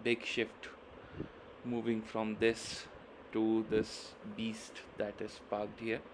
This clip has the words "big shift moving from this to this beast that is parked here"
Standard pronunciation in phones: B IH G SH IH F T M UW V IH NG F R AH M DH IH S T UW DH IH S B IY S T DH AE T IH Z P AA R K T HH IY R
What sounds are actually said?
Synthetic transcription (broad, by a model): B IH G SH IH F T M UW V IH NG F R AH M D IH S T UW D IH S B IY S T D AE T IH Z P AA R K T HH IY R